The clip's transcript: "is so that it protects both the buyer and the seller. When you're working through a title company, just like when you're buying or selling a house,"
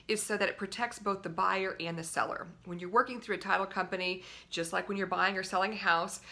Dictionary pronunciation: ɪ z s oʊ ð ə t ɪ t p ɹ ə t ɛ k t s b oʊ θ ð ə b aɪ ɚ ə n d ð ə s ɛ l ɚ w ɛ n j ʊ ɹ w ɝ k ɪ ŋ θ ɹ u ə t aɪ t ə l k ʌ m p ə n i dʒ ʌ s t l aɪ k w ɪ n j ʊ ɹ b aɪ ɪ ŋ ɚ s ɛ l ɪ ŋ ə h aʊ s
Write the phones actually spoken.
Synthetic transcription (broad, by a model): ɪ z s oʊ ð ə t ɪ t p ɹ ə t ɛ k t s b oʊ θ ð ə b aɪ ɚ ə n ð ə s ɛ l ɚ w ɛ n j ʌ ɹ w ɝ k ɪ ŋ θ ɹ u ə t aɪ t l k ʌ m p ə n i dʒ ʌ s t l aɪ k w ɪ n j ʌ ɹ b aɪ ɪ ŋ ɚ s ɛ l ɪ ŋ ə h aʊ s